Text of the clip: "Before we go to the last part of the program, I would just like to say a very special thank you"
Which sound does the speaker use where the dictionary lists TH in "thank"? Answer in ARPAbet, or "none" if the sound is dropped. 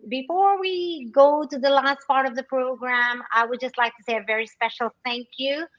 TH